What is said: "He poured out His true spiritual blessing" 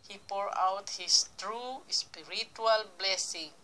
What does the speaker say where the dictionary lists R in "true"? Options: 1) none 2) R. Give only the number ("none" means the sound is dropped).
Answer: 2